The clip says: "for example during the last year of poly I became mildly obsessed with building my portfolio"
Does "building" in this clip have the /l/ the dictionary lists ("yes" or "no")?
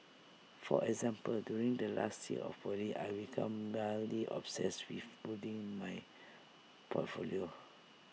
no